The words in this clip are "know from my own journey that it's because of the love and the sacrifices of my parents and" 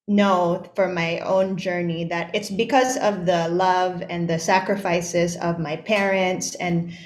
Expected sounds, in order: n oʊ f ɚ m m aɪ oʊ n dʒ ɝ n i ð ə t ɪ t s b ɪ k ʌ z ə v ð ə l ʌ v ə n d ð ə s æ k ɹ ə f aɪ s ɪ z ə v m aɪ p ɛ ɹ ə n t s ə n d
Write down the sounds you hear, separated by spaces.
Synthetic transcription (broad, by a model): n oʊ f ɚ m m aɪ oʊ n dʒ ɝ n i ð ə t ɪ t s b ɪ k ʌ z ə v ð ə l ʌ v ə n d ð ə s æ k ɹ ə f aɪ s ɪ z ə v m aɪ p ɛ ɹ ə n t s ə n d